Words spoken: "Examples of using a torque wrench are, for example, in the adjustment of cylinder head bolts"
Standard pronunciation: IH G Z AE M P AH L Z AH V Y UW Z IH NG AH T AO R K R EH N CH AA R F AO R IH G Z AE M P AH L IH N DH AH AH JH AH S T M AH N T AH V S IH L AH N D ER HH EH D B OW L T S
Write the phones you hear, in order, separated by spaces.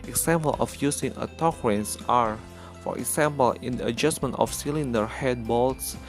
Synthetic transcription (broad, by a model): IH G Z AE M P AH L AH F Y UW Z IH NG AH T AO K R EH N S AA R F AO R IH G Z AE M P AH L IH N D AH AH JH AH S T M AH N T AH F S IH L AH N D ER HH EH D B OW L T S